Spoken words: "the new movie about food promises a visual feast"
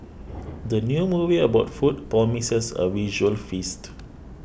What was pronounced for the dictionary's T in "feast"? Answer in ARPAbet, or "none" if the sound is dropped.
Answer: T